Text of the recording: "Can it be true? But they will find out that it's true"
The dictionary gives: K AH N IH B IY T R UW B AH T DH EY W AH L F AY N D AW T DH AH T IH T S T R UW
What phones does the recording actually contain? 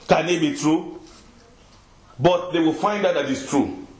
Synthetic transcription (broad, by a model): K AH N IH B IY T R UW B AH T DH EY W AH L F AY N D AW T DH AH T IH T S T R UW